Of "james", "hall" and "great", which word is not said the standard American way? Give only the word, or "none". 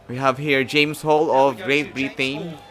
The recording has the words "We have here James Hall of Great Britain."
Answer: james